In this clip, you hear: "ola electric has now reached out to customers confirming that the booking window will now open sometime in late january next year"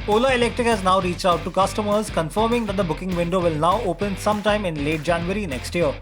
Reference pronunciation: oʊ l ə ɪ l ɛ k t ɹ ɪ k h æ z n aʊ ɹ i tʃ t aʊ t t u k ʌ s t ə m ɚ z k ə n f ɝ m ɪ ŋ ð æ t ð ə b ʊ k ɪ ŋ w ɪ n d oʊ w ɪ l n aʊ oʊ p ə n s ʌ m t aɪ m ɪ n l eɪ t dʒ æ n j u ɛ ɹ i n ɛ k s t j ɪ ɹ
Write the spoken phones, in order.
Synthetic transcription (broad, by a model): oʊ l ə ɪ l ɛ k t ɹ ɪ k h æ z n aʊ ɹ i tʃ t aʊ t t u k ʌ s t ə m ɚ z k ə n f ɝ m ɪ ŋ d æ t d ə b ʊ k ɪ ŋ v ɪ n d oʊ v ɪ l n aʊ oʊ p ə n s ʌ m t aɪ m ɪ n l eɪ t dʒ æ n j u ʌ ɹ i n ɛ k s t j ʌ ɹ